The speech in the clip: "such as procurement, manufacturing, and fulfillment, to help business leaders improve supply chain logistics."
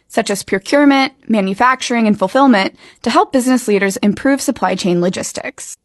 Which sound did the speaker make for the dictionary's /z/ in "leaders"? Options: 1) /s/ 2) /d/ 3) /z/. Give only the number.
3